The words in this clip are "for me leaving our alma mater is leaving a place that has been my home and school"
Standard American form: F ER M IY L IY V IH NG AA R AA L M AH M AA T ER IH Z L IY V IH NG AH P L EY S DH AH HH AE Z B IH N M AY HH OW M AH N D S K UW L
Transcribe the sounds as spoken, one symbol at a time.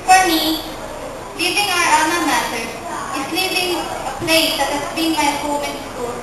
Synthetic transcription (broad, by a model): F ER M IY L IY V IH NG AA R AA M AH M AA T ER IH S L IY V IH NG AH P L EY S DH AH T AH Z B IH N M AY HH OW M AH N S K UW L